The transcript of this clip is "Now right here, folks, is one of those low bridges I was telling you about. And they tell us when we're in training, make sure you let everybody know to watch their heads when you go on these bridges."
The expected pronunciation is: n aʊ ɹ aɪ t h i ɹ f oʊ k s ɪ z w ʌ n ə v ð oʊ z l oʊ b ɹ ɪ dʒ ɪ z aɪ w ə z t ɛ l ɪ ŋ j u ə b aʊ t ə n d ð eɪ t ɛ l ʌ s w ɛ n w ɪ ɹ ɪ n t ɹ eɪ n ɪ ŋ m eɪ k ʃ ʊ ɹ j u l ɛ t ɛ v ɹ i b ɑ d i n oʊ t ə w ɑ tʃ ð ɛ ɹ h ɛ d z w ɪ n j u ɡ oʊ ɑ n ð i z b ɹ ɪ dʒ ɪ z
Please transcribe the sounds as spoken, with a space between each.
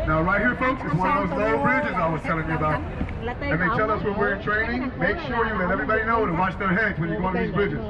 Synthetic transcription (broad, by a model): n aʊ ɹ aɪ t h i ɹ f oʊ k s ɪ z w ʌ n ə v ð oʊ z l b ɹ ɪ dʒ ɪ z aɪ w ə z t ɛ l ɪ ŋ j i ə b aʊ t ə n ð eɪ t ɛ l ʌ s w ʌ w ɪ ɹ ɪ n t ɹ eɪ n ɪ ŋ m eɪ k ʃ ʊ ɹ j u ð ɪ t ɛ v ɹ i b ɑ d i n oʊ t ə w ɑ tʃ ð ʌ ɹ h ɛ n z w ɪ n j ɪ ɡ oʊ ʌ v ð i z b ɹ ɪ dʒ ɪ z